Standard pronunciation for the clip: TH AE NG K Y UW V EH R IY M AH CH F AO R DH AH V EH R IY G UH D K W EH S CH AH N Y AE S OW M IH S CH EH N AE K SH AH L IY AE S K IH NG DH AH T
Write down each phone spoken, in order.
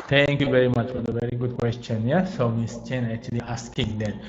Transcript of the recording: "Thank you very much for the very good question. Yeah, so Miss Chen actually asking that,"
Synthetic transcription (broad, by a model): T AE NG K Y UW V EH R IY M AH CH F AO R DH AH V EH R IY G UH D K W EH S CH AH N Y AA S OW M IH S CH EH N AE K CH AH L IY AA S K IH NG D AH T